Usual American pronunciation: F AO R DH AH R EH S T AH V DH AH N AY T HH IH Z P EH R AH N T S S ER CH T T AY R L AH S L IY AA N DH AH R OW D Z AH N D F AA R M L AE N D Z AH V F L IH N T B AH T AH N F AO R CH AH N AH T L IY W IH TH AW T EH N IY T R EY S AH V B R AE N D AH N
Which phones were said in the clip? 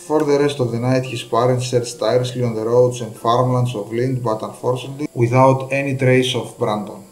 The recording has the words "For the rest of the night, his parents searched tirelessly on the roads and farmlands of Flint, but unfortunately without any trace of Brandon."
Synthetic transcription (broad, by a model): F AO R DH AH R EH S T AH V DH AH N AY T HH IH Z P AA R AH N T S S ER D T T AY R AH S L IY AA N DH AH R OW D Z AH N D F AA R M L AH N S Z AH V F L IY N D B AH T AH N F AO R S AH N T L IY W IH TH AW T EH N IY T R EY S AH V B R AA N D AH N